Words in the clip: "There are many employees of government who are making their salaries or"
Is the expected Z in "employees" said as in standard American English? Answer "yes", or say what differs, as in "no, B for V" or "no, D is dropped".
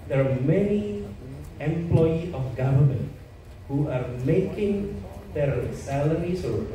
no, Z is dropped